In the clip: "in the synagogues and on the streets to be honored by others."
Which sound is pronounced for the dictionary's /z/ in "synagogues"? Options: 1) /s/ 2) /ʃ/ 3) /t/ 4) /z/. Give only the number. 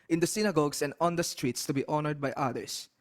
1